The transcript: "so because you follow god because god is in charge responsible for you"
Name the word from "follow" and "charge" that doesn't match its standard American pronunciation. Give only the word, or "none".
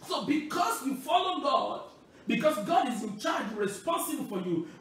none